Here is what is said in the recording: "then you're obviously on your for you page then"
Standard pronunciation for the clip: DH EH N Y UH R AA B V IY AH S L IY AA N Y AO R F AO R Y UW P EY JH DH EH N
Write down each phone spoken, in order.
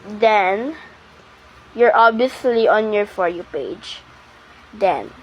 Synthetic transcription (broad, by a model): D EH N Y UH R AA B IY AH S L IY AA N Y AO R F AO R Y UW P EY JH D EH N